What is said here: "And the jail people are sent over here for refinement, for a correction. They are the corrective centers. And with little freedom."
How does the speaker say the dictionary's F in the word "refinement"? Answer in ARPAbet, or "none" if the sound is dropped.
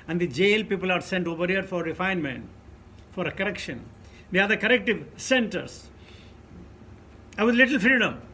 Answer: F